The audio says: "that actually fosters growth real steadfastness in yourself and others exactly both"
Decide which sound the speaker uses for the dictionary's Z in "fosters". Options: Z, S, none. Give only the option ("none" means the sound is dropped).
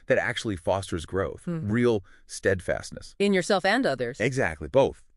Z